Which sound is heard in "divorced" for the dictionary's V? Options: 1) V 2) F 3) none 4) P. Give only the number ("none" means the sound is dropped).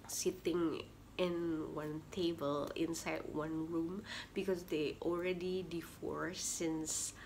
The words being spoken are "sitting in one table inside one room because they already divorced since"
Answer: 2